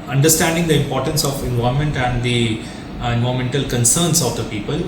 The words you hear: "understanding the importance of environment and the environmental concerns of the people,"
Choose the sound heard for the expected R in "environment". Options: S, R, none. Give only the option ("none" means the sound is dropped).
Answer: none